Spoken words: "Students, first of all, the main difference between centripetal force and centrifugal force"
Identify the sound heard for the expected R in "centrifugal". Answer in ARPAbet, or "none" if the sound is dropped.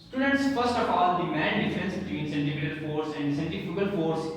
none